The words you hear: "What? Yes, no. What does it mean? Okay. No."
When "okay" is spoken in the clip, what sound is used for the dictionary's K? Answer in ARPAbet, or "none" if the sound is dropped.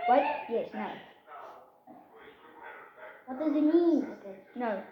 none